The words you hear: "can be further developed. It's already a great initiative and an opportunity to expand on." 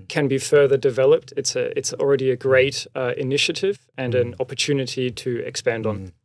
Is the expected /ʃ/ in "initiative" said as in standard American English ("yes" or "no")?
yes